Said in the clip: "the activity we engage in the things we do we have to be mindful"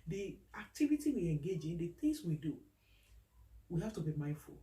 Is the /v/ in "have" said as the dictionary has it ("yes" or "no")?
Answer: no